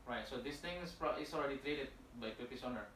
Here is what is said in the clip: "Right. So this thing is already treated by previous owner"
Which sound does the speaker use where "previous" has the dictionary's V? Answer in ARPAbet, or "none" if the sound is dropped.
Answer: P